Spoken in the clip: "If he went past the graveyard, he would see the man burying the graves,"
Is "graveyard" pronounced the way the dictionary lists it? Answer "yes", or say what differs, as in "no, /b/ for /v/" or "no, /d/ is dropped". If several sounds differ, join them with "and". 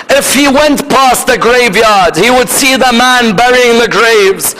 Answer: yes